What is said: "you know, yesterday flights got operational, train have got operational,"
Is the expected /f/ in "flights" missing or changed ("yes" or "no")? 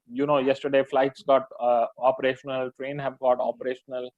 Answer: no